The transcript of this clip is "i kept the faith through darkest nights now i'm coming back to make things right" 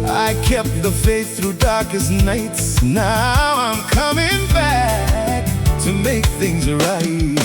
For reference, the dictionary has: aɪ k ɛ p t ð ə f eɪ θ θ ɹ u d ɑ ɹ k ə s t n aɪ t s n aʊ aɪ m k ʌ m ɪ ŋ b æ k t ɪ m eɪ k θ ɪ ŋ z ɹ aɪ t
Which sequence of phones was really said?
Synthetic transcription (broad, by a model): aɪ k ɛ p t ð ə f eɪ s θ ɹ u d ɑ ɹ k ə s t n aɪ t s n aʊ aɪ m k ʌ m ɪ ŋ b æ k t ɪ m eɪ k θ ɪ ŋ z ɹ aɪ t